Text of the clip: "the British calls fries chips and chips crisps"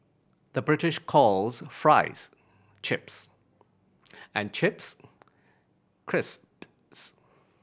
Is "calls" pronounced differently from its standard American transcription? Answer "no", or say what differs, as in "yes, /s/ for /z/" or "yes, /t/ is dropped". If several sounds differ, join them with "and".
no